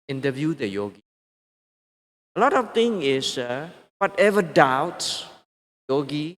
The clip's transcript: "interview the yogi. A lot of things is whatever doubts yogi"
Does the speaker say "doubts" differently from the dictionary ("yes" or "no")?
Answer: yes